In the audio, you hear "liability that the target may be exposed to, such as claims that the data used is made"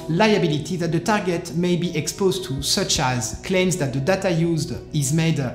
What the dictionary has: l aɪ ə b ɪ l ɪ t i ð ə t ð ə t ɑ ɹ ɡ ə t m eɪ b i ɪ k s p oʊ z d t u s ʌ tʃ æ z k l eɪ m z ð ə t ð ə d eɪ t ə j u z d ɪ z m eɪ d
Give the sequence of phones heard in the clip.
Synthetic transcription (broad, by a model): l aɪ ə b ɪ l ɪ t i ð ə t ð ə t ɑ ɹ ɡ ə t m eɪ b i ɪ k s p oʊ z t u s ʌ tʃ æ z k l eɪ m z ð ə t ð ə d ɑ t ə j u z d ɪ z m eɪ d